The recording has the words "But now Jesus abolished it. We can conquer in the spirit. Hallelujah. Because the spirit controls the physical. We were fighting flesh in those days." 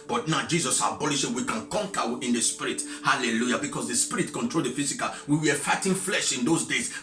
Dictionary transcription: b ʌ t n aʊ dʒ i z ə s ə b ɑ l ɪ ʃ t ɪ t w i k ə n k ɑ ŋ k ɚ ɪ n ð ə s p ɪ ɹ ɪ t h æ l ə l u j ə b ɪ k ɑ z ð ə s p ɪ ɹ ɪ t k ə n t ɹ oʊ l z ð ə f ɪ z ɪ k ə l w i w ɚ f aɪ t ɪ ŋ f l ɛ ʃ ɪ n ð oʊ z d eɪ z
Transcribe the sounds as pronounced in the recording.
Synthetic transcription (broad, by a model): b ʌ t n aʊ dʒ i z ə s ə b ɑ l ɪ ʃ ɪ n w i k ə n k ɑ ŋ k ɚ ɪ n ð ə s p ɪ ɹ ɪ t h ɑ l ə l u j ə b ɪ k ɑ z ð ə s p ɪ ɹ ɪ t k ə n t ɹ oʊ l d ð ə f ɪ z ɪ k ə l w i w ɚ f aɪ t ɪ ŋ f l ɛ ʃ ɪ n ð oʊ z d eɪ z